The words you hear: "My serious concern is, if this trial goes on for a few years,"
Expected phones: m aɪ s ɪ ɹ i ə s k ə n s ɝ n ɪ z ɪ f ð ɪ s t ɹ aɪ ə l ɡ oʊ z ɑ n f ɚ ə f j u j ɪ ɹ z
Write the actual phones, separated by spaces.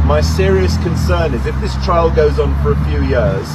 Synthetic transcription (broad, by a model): m aɪ s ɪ ɹ i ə s k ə n s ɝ n ɪ z ɪ f ð ɪ s t ɹ aɪ ə l ɡ oʊ z n f ɚ ə f j u j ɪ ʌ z